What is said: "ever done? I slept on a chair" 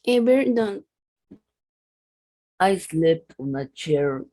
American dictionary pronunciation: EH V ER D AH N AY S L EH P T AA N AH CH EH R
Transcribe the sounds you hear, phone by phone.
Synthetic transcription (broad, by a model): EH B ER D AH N AY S L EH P AA N AH CH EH R